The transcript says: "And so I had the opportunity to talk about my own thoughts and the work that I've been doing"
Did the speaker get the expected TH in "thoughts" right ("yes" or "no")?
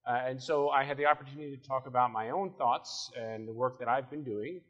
yes